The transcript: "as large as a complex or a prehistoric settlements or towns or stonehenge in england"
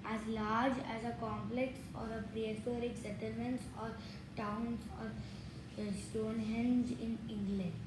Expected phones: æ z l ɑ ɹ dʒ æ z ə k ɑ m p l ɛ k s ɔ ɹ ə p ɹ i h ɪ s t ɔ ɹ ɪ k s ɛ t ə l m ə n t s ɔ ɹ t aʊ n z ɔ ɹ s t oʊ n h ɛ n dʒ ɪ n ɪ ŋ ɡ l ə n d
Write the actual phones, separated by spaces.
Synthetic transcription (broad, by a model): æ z l ɑ ɹ dʒ æ z ə k ɑ m p l ɛ k s ɔ ɹ ə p ɹ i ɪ t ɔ ɹ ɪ k s ɛ t ə l m ə n t s ɔ ɹ t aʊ n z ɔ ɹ s t oʊ n h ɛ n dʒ ɪ n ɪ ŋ ɡ l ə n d